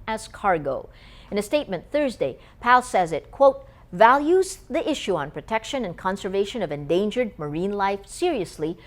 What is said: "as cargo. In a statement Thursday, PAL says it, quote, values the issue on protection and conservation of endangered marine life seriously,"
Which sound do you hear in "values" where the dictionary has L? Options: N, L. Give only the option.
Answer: L